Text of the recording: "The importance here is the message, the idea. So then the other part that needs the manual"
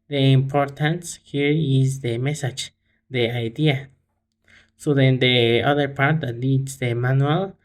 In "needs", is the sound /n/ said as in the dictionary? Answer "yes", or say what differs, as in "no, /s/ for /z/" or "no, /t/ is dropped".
no, /l/ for /n/